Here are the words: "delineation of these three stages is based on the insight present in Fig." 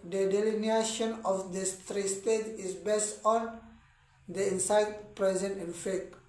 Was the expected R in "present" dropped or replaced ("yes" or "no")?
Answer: no